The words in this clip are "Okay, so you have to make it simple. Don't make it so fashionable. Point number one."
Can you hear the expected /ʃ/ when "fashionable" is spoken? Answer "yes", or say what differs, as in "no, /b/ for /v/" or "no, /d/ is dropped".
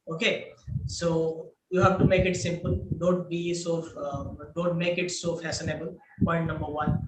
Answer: no, /s/ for /ʃ/